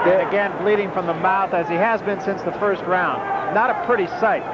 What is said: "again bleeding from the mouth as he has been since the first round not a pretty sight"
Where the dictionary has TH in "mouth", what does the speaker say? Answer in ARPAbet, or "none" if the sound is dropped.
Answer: TH